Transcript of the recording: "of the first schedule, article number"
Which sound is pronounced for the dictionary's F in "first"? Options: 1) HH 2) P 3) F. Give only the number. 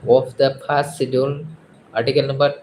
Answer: 2